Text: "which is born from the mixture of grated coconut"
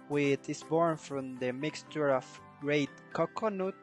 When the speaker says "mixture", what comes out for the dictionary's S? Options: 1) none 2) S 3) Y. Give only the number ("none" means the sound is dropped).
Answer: 2